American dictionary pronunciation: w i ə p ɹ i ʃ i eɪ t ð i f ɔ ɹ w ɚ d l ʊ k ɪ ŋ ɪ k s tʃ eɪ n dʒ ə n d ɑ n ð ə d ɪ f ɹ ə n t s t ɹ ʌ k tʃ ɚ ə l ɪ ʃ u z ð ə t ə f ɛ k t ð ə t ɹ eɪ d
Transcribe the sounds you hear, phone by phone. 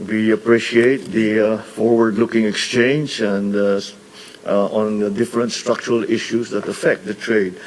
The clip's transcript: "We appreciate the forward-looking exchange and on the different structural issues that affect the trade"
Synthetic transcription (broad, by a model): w i ə p ɹ i ʃ i eɪ t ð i f ɔ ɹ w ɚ d l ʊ k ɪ ŋ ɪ k s tʃ eɪ n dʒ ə n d ɑ n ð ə d ɪ f ɹ ə n t s t ɹ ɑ k tʃ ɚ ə l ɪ ʃ u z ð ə t ə f ɛ k t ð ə t ɹ eɪ d